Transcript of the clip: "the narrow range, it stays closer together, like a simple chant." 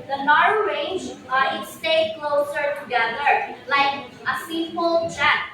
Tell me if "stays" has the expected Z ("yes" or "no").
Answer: no